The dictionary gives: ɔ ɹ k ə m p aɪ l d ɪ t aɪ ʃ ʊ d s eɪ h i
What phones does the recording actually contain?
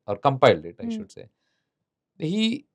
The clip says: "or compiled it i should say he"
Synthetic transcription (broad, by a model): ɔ ɹ k ə m p aɪ l d ɪ t aɪ ʃ ʊ d s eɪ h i